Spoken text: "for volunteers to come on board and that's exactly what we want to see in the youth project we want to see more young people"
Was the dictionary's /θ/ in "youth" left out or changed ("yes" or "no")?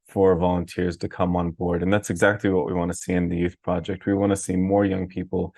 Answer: no